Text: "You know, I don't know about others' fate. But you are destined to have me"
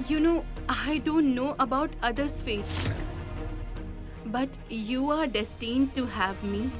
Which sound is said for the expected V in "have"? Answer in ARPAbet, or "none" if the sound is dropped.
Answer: V